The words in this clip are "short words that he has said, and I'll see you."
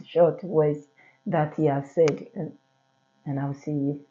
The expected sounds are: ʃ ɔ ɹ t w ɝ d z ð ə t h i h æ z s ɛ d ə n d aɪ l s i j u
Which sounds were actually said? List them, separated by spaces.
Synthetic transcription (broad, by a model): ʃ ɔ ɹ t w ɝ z ð ə t h i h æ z s ɛ d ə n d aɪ w s i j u